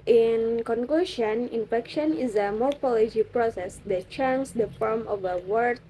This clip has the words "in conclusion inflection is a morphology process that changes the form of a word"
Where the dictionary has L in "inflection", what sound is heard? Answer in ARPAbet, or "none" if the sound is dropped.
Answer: none